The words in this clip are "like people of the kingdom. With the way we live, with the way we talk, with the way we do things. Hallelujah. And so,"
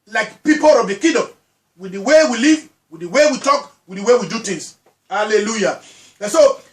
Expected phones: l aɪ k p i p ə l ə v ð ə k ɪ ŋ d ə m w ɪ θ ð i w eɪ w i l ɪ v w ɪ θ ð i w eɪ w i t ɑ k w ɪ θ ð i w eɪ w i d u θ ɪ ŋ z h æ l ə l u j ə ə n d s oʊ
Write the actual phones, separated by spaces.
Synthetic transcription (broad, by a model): l aɪ k p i p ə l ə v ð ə k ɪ d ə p w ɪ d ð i w eɪ w i l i v w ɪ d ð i w eɪ w i t ɑ k w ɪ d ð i w eɪ w i d u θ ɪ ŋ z h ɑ l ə l u j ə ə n s oʊ